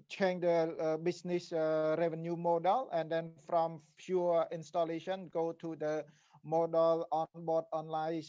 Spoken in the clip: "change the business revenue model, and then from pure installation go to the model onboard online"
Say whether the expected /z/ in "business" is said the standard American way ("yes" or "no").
no